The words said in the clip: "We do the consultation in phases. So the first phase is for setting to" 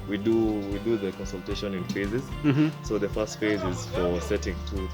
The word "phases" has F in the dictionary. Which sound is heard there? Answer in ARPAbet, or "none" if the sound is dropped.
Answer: F